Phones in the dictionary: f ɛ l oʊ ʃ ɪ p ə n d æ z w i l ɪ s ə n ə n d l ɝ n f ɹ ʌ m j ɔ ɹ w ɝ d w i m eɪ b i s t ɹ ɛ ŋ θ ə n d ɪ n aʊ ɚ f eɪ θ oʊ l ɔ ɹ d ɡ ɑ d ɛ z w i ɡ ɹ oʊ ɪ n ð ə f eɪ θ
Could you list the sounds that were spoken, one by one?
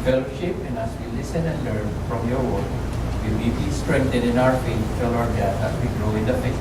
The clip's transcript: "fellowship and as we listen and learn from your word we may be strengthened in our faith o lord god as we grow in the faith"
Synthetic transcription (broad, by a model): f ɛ l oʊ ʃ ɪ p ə n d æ s w i l ɪ s ə n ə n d l ɝ n f ɹ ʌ m j ɔ ɹ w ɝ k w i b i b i s t ɹ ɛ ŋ t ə d ɪ n aʊ ɚ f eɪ t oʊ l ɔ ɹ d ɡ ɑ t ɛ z w i ɡ ɹ oʊ ɪ n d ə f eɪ